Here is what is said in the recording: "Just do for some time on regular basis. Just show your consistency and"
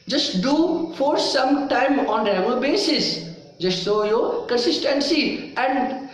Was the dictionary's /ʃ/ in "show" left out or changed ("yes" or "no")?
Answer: yes